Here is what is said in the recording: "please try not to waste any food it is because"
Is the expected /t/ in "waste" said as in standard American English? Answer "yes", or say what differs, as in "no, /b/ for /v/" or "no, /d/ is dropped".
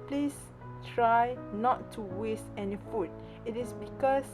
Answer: yes